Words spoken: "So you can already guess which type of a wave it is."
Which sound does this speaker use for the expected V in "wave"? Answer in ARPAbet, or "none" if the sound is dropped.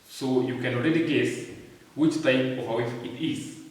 F